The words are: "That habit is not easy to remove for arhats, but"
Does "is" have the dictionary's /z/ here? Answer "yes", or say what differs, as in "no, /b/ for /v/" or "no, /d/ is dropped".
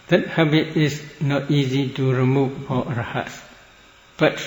no, /s/ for /z/